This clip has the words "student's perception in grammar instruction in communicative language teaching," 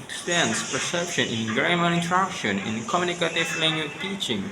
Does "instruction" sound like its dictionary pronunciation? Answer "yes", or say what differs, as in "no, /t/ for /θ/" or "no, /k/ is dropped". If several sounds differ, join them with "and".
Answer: no, /s/ is dropped